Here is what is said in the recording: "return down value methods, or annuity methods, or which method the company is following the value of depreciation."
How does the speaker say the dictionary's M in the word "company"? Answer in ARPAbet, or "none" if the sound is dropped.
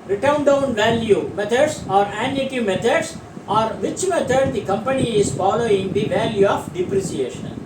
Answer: M